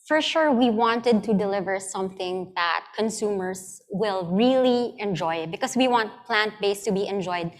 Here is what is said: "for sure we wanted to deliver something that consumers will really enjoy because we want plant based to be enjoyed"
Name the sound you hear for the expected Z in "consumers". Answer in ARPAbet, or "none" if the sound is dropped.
S